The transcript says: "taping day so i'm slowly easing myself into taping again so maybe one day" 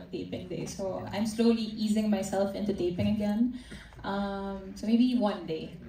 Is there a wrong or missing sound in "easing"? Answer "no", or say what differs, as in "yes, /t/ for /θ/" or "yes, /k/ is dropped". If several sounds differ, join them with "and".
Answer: no